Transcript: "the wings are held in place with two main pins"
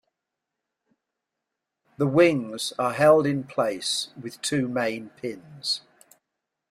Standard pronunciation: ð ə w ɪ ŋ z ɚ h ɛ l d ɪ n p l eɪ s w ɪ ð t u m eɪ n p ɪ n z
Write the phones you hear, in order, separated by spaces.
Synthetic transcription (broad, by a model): ð ə w ɪ ŋ z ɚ h ɛ l d ɪ n p l eɪ s w ɪ ð t u m eɪ n p ɪ n z